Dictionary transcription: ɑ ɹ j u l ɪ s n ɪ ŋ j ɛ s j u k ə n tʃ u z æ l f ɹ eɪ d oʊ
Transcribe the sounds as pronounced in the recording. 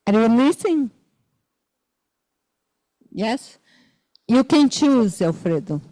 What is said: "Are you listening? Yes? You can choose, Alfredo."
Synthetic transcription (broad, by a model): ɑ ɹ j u n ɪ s ɪ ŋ j ɛ s j u k ə n tʃ u z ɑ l f ɹ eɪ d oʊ